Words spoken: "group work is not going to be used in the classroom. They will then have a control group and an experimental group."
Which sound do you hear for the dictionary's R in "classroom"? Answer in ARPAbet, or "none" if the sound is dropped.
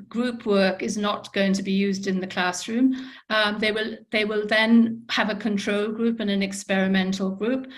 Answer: R